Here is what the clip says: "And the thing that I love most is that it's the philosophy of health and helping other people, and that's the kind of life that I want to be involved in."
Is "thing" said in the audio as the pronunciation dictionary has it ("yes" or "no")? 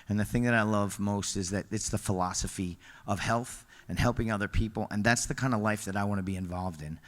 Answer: yes